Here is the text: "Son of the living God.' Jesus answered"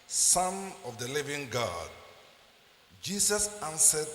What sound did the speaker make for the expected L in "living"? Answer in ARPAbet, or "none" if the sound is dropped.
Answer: L